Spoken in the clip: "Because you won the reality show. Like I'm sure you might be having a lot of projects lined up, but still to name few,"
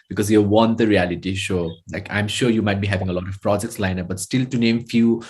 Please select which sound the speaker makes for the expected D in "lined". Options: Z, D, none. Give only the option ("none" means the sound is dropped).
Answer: none